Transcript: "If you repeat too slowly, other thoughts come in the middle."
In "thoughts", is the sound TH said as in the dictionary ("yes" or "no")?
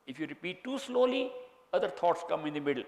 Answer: no